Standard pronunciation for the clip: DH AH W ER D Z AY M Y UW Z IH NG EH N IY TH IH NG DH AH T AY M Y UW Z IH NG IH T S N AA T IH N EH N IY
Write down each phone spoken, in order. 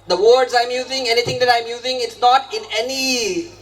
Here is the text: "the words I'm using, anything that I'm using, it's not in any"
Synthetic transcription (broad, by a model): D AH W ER D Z AY M Y UW Z IH NG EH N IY T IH NG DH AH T AY M Y UW Z IH NG IH T S N AA T IH N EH N IY